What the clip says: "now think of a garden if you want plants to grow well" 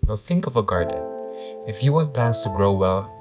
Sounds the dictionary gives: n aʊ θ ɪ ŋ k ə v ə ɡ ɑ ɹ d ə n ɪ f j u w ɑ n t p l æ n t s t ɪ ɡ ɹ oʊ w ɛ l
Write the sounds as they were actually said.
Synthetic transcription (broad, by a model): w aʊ θ ɪ ŋ k ə v ə ɡ ɑ ɹ d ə n ɪ f j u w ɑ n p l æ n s t ɪ ɡ ɹ oʊ w ɛ l